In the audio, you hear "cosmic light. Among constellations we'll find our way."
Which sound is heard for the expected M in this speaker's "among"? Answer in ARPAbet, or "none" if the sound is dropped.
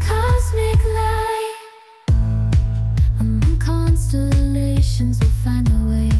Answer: none